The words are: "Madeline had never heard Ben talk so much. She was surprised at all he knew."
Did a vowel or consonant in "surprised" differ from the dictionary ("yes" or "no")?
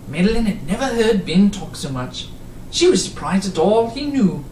no